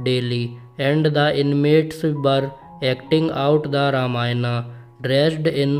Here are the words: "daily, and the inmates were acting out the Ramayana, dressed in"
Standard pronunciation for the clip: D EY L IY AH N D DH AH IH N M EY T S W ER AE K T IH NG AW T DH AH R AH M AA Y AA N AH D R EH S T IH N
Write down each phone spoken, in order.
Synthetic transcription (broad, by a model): D EY L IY AH N D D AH IH N M EY T S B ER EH K T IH NG AW T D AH R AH M AA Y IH N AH D R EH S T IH N